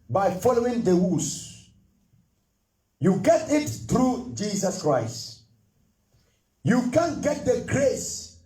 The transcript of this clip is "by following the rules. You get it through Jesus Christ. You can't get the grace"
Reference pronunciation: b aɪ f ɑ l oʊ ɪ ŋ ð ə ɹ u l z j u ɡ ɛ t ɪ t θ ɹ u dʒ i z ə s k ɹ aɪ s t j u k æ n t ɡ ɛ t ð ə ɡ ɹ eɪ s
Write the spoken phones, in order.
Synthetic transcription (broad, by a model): b aɪ f ɑ l oʊ ɪ ŋ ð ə w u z j u ɡ ɛ t ɪ t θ ɹ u dʒ i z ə s k ɹ aɪ s t j u k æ n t ɡ ɛ t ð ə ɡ ɹ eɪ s